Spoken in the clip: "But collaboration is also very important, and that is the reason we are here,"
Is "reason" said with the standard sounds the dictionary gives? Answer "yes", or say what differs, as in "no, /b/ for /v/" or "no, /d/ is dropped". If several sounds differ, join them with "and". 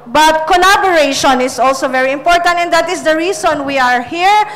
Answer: no, /s/ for /z/